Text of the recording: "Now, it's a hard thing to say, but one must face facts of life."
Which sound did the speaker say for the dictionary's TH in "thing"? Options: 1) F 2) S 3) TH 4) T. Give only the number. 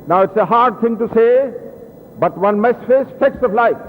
4